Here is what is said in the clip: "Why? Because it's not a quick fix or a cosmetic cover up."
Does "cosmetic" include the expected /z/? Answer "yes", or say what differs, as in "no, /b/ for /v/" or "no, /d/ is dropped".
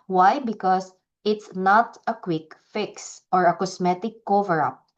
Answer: no, /s/ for /z/